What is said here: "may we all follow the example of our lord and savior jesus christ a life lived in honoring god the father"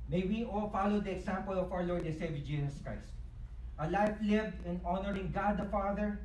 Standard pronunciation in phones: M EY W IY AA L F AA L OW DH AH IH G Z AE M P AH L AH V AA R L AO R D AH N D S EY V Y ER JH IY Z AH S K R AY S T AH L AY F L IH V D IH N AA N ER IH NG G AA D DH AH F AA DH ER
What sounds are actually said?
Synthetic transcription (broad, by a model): M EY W IY AA L F AA L OW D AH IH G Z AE M P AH L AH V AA W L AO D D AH S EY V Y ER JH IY S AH S K R AY S T AH L AY F L IH V D IH N AA N ER IH NG G AA D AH F AA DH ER